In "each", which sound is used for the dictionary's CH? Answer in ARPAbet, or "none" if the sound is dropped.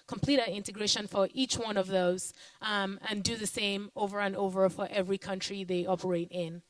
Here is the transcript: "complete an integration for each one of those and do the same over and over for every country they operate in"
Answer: CH